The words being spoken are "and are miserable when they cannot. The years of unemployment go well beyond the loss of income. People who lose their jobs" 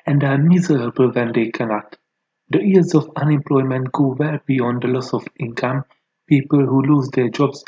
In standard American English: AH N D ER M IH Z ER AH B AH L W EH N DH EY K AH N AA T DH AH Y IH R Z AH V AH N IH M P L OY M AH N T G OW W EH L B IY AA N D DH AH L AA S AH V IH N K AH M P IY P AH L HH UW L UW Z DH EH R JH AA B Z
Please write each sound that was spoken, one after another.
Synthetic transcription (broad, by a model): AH N D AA M IH Z ER AH B AH L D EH N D EY K AH N AA T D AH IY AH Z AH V AH N IH M P L OY M AH N T G OW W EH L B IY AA N D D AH L AA S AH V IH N K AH M P IY P AH L HH UW L UW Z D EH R JH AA B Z